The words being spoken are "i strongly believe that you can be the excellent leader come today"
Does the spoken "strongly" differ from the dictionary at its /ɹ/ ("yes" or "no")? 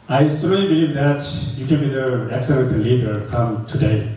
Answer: yes